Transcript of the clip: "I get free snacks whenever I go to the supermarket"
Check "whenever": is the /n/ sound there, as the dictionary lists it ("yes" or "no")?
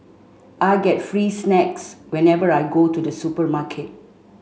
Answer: yes